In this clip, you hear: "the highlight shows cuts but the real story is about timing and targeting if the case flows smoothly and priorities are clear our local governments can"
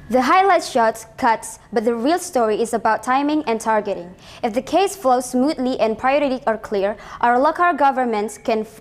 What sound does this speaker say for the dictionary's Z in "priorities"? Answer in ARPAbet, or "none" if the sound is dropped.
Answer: none